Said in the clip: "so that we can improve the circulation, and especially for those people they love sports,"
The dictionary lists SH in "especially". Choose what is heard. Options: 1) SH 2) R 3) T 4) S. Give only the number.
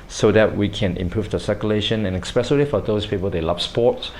4